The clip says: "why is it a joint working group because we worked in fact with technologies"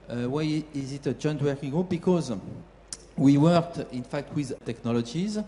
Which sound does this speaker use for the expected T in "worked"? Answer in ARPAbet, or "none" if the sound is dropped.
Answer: T